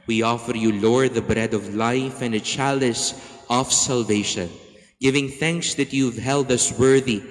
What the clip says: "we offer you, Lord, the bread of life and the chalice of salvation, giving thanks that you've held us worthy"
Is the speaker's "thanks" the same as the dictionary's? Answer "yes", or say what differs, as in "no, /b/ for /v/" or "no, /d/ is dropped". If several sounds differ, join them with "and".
yes